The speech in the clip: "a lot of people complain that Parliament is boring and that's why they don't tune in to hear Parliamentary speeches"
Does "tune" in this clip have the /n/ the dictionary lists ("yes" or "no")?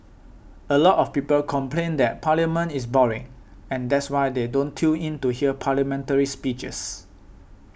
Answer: no